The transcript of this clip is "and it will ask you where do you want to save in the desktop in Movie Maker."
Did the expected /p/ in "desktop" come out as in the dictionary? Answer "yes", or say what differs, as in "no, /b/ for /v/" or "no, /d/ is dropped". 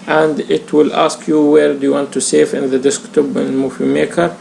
no, /b/ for /p/